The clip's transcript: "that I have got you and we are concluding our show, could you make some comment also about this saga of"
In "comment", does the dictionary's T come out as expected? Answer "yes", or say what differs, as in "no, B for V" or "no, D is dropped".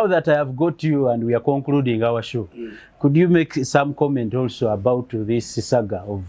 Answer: yes